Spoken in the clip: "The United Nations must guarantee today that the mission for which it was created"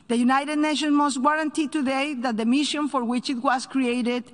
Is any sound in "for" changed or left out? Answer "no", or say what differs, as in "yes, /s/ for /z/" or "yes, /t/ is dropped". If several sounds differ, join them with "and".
no